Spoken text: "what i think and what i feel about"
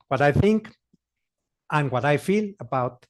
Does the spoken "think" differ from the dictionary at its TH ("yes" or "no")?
no